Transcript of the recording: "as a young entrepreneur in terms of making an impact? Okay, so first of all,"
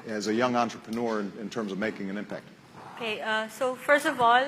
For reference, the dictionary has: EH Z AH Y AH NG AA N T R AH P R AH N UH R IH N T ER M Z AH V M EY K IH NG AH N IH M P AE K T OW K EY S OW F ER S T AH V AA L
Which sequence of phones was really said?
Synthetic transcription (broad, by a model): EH Z AH Y AH NG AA N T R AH P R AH N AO R IH N T ER M Z AH V M EY K IH NG AH N IH M P AE K T OW K EY S OW F ER S T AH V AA L